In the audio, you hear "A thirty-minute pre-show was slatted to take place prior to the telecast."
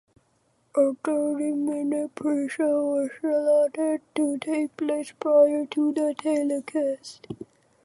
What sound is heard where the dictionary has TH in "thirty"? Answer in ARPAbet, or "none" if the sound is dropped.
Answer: T